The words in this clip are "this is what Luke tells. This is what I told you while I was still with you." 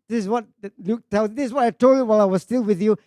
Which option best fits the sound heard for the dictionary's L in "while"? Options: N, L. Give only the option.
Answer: L